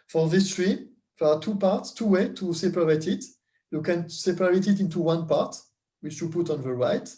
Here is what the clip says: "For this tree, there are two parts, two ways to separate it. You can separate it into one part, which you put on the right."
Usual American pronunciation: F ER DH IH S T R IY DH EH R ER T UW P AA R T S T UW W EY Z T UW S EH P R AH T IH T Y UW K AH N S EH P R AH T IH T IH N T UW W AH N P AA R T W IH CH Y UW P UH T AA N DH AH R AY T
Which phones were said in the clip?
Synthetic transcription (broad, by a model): F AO DH IH S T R IY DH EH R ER T UW P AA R T S T UW W EY T UW S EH P R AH T IH T Y UW K AH N S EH P R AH T IH T IH N T UW W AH N P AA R T W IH CH Y UW P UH T AA N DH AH R AY T